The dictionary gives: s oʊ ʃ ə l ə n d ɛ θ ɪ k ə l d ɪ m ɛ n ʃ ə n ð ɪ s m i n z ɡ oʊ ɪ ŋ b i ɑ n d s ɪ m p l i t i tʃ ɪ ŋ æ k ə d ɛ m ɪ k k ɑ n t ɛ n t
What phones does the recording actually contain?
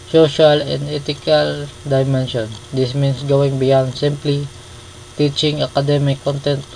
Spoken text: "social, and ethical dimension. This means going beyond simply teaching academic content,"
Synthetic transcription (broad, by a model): s oʊ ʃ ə l ə n d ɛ t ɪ k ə l d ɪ m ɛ n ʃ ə n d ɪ s m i n s ɡ oʊ ɪ ŋ b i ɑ n d s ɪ m p l i t i tʃ ɪ ŋ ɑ k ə d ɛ m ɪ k k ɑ n t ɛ n t